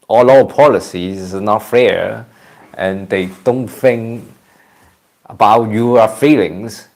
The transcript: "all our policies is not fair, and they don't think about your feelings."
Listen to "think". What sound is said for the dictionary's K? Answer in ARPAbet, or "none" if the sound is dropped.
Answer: K